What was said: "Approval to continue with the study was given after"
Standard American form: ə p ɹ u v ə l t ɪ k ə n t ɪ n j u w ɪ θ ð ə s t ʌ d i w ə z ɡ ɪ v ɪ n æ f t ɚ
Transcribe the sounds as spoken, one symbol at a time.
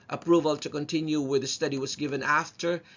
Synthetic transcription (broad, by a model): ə p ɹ u v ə l t ɪ k ə n t ɪ n j u w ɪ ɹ ð ə s t ʌ d i w ə z ɡ ɪ v ɪ n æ f t ɚ